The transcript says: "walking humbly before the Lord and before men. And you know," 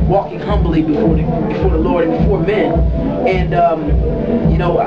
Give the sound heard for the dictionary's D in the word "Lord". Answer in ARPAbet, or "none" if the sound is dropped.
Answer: D